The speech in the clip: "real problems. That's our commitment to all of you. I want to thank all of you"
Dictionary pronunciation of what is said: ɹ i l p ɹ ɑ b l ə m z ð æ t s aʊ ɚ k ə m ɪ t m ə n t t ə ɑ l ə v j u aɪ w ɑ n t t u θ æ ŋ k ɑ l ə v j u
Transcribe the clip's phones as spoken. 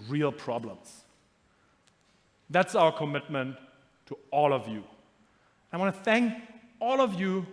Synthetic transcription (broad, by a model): ɹ i l p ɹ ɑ b l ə m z ð æ t s aʊ ɚ k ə m ɪ t m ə n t t ə ɑ l ə v j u aɪ w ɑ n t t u θ æ ŋ k ɑ l ə v j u